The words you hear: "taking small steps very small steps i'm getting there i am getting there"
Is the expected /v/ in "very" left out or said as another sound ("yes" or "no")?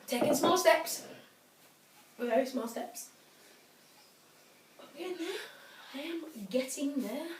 yes